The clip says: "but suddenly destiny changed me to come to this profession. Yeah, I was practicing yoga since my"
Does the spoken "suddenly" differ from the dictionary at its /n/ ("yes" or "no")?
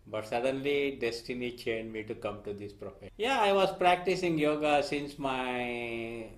no